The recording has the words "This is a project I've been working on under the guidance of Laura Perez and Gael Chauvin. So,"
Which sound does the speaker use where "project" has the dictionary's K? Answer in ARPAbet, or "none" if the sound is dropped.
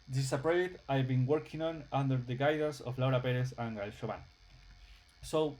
none